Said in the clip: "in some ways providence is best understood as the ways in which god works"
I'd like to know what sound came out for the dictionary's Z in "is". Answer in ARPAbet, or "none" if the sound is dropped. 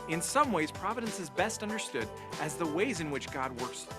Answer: Z